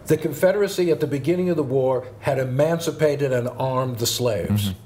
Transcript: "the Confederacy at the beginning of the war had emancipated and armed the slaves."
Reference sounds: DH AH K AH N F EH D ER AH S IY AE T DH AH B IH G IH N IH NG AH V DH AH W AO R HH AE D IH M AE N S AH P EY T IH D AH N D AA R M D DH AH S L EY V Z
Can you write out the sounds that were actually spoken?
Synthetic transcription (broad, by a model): DH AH K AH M F EH D ER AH S IY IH T DH AH B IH G IH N IH NG AH V DH AH W AO R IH D IH M AE N S AH P EY T IH D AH N AA R M DH AH S L EY V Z